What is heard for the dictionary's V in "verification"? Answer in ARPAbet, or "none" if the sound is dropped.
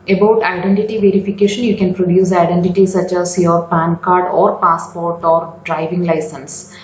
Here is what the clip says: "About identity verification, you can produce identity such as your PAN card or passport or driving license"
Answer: V